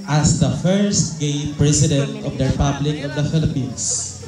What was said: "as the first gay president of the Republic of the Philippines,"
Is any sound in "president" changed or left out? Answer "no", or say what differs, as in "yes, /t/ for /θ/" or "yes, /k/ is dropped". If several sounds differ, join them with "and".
yes, /s/ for /z/